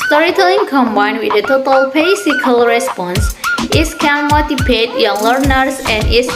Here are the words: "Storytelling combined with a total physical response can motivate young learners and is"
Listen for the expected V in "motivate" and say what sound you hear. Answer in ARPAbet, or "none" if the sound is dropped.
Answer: P